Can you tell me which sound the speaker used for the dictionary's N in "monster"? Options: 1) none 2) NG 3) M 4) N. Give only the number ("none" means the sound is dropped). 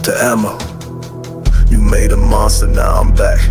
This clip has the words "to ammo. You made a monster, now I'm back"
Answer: 1